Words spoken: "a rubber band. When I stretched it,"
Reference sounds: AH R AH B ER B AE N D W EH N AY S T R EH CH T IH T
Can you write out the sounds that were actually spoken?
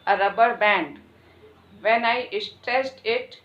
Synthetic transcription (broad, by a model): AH R AH B ER B AE N D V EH N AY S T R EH S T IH T